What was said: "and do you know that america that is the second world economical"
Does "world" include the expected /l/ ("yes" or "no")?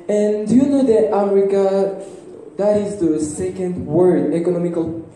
no